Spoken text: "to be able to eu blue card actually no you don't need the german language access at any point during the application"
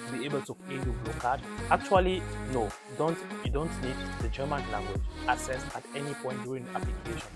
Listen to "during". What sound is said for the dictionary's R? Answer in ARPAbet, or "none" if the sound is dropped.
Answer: none